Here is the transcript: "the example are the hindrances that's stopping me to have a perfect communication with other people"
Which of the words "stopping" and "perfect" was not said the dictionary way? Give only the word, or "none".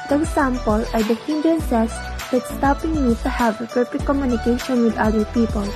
perfect